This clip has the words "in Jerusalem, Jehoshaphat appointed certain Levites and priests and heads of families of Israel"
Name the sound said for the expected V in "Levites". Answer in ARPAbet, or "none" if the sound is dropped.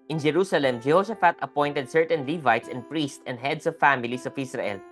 V